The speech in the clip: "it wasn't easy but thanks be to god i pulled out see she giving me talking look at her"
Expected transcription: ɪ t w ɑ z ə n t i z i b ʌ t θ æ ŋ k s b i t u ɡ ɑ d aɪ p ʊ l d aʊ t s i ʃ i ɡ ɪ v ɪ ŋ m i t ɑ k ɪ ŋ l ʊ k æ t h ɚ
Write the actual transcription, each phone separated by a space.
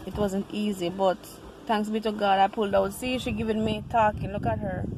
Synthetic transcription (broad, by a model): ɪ t w ɑ z ə n t i z i b ʌ t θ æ ŋ k s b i t u ɡ ɑ d aɪ p ʊ l d aʊ t s i ʃ i ɡ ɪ v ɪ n m i t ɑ k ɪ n l ʊ k æ t h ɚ